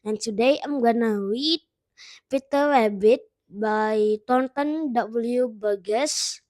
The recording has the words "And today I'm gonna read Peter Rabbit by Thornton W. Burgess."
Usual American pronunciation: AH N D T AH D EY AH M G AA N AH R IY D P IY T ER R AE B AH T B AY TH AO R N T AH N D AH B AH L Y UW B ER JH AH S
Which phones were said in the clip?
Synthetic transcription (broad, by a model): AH N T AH D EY AH M G AA N AH W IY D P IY T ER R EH B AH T B AY T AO N T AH N D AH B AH L Y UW B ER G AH S